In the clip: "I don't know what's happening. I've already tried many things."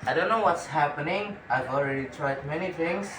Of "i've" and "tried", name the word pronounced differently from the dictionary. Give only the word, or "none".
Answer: none